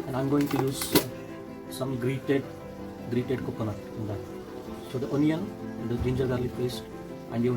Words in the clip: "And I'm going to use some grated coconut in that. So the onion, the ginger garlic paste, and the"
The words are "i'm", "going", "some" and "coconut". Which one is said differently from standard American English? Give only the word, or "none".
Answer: coconut